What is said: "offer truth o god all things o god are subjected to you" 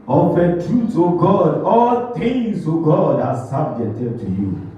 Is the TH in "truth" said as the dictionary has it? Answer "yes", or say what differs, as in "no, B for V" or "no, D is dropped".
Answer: no, S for TH